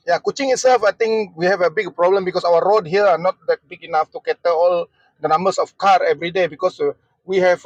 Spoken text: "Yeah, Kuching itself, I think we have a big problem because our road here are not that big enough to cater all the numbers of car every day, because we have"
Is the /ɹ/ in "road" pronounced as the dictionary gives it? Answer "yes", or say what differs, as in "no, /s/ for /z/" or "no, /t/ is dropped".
yes